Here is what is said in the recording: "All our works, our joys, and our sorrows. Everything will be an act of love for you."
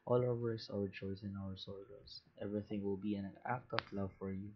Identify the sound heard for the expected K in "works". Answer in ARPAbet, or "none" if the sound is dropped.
none